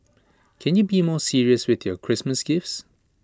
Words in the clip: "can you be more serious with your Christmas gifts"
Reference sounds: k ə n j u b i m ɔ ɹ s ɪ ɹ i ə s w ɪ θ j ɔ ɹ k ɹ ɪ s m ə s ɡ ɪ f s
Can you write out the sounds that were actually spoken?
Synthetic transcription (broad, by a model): k ə n j u b i m ɔ s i ɹ i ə s w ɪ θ j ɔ k ɹ ɪ s m ə s ɡ ɪ f s